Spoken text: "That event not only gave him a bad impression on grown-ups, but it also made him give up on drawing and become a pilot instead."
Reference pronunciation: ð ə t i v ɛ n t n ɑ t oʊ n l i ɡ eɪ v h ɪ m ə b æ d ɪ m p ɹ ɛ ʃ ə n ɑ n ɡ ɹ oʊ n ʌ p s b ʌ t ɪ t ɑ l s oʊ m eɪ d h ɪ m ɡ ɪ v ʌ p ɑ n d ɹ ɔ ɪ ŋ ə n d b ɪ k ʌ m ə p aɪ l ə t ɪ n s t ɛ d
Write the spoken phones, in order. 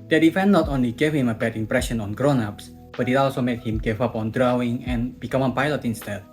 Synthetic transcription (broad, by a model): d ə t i f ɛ n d n ɑ t oʊ n l i ɡ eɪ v h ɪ m ə b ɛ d ɪ m p ɹ ɛ ʃ ə n ɑ n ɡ ɹ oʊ n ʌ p s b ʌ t ɪ t ɑ l s oʊ m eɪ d h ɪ m ɡ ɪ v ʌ p ɑ n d ɹ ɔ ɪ ŋ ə n b ɪ k ʌ m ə p aɪ l ə t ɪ n s t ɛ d